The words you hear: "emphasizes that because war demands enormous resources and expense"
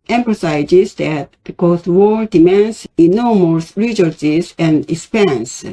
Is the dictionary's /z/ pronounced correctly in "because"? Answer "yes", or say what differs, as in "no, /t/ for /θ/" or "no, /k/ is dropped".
no, /s/ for /z/